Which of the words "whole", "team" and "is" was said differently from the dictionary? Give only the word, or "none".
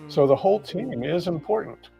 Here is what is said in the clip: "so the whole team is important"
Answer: none